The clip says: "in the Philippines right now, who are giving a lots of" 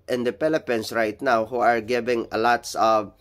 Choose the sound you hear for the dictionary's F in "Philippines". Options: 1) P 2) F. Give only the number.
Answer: 1